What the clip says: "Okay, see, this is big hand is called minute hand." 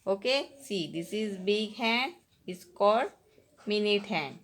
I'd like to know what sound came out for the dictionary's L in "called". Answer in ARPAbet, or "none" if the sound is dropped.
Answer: none